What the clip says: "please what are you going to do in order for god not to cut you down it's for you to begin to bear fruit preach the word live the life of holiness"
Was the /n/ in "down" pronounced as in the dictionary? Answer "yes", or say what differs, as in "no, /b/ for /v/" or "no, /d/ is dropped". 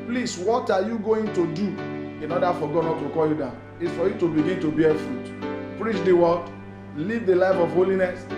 no, /n/ is dropped